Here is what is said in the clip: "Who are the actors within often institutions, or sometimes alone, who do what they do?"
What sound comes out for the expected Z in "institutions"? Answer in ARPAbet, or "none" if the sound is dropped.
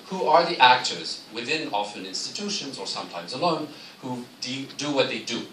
Z